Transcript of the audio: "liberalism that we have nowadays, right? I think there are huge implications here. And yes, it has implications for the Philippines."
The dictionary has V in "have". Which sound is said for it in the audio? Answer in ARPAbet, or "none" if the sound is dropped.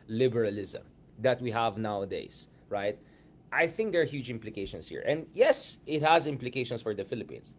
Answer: V